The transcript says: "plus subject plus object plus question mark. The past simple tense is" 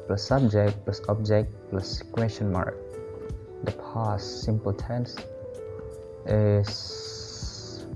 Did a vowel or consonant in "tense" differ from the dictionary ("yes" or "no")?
no